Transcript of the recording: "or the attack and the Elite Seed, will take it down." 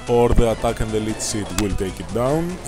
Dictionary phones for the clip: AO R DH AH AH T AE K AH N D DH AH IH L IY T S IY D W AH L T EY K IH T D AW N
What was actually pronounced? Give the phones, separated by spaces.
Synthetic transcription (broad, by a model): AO R DH AH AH T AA K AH N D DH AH L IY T S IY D W AH L T EY K IH T D AW N